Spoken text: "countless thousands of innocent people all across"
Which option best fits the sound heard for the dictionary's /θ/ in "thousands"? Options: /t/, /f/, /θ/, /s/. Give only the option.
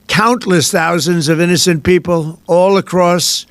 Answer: /θ/